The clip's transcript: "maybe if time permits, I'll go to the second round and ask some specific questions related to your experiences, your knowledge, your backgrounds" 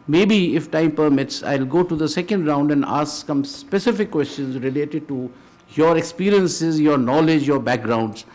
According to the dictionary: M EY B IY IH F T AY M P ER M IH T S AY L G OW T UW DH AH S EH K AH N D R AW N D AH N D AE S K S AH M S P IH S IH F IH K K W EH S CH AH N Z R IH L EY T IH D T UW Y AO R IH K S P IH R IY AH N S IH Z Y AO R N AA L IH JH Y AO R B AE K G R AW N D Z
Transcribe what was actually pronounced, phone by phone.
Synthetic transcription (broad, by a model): M EY B IY IH F T AY M P ER M IH T S AY L G OW T UW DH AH S EH K AH N D R AW N D AH N D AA S K S AH M S P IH S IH F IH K K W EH S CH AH N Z R IH L EY T IH D T UW Y AO R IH K S P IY R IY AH N S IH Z Y AO R N AA L IH JH Y AO R B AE K G R AW N D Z